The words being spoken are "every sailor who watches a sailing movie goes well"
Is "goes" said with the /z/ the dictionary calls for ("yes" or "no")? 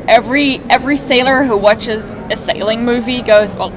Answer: yes